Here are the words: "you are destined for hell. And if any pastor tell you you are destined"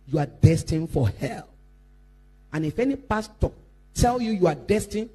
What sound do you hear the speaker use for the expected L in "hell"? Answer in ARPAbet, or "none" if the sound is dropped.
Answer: L